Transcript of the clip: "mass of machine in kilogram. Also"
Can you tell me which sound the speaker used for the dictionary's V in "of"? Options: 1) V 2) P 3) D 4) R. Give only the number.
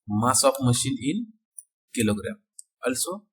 2